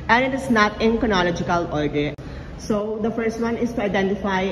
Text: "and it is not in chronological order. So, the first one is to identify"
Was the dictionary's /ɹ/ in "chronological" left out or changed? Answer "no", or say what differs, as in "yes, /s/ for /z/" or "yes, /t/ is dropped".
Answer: yes, /ɹ/ is dropped